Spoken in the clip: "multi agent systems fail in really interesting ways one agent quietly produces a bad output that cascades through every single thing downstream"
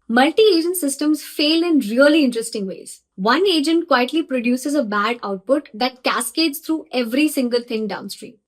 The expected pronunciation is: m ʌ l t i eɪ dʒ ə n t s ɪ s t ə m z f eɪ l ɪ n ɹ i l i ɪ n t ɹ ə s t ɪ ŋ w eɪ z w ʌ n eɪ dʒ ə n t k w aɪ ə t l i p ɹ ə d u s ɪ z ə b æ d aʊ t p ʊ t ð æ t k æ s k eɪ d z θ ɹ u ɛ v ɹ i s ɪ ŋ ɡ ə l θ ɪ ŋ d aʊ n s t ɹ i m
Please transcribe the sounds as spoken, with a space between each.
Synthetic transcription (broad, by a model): m ʌ l t i eɪ dʒ ə n t s ɪ s t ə m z f eɪ l ɪ n ɹ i l i ɪ n t ɹ ə s t ɪ ŋ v eɪ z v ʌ n eɪ dʒ ə n t k w aɪ ə t l i p ɹ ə d u s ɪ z ə b æ d aʊ t p ʊ t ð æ t k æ s k eɪ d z t ɹ u ɛ v ɹ i s ɪ ŋ ɡ ə l t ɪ ŋ d aʊ n s t ɹ i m